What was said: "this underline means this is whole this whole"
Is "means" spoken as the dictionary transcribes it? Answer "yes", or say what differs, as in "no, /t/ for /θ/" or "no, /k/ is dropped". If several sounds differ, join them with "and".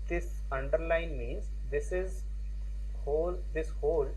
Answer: yes